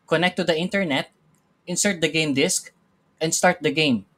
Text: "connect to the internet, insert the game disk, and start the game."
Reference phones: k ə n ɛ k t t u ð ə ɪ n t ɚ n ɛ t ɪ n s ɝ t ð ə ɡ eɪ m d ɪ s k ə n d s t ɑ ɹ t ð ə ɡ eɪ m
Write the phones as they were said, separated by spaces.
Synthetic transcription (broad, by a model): k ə n ɛ k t t u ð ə ɪ n t ɚ n ɛ t ɪ n s ɝ t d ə ɡ eɪ m d ɪ s k ə n d s t ɑ ɹ t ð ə ɡ eɪ m